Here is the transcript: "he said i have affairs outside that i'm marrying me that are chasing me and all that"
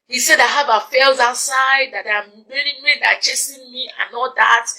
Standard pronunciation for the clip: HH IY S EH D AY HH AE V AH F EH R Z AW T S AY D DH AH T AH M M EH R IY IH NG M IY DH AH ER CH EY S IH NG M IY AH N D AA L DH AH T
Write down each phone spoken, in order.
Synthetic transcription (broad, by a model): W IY S EH D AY HH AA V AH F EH L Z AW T S AY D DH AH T AH M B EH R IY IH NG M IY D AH CH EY S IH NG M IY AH N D AA L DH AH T